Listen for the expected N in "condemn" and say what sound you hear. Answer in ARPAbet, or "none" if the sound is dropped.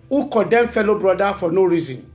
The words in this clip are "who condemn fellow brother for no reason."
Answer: none